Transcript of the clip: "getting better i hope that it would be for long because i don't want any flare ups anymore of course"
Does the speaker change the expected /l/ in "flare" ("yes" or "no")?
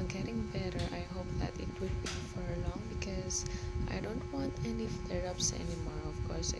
yes